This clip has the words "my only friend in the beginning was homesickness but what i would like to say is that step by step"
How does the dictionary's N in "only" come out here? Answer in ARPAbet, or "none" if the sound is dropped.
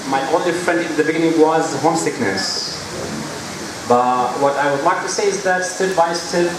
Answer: none